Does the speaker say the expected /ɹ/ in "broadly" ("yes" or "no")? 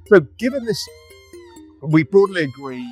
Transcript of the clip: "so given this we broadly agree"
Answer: no